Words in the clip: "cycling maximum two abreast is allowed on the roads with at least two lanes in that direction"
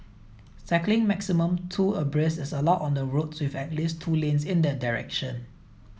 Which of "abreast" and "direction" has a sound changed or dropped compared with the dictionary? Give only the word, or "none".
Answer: abreast